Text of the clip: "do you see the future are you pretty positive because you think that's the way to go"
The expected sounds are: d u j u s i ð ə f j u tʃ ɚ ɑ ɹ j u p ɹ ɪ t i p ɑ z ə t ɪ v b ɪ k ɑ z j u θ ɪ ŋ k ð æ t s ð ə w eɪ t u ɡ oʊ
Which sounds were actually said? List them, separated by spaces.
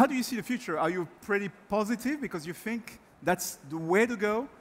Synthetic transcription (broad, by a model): d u j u s i ð ə f j u tʃ ɚ ɑ ɹ j u p ɹ ɪ t i p ɑ z ə t ɪ v b ɪ k ɑ z j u θ ɪ ŋ k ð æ t s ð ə w eɪ t u ɡ oʊ